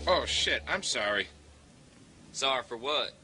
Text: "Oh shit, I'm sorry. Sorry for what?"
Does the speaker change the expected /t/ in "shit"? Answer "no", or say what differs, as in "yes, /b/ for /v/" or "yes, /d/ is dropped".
no